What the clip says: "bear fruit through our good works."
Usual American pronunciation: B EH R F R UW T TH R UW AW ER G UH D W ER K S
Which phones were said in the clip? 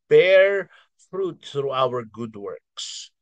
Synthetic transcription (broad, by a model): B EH R F R UW T TH R UW AW ER G UH D W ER K S